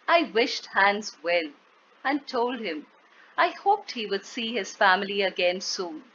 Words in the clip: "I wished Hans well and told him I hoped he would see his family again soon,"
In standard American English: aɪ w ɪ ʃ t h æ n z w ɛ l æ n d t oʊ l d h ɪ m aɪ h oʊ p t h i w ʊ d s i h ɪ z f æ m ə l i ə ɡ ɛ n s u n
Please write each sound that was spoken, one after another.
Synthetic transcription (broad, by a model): aɪ w ɪ ʃ t h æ n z w ɛ l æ n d t oʊ l d h ɪ m aɪ h oʊ p t h i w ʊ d s i h ɪ z f æ m ə l i ə ɡ ɛ n s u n